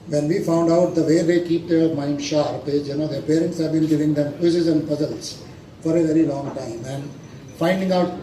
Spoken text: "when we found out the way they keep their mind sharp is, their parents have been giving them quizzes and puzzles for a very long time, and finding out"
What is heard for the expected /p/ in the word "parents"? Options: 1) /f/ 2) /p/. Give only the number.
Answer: 2